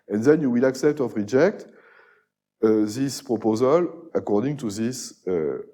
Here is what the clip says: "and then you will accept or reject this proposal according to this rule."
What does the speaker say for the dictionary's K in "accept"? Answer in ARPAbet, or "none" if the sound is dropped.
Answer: K